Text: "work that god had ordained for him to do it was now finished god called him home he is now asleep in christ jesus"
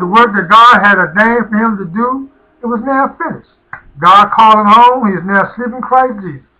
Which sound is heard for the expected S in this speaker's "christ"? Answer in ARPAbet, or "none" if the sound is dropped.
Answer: none